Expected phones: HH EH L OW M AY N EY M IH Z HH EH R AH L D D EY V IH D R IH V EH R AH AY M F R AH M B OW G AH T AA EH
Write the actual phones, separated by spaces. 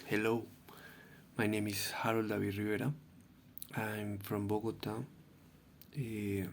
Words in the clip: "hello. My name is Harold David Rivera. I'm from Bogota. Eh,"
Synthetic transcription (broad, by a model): HH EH L OW M AY N EY M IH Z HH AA R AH L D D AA B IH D R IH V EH R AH AY M F R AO M B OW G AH T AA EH